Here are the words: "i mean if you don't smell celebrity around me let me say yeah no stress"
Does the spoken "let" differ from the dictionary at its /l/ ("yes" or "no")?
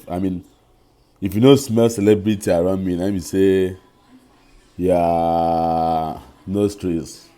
yes